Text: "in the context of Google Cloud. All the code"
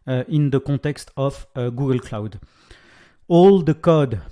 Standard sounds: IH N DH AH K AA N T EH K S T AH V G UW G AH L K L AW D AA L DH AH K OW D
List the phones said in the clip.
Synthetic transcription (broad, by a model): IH N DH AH K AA T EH K S T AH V G UW G AH L K L AW D AA L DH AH K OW D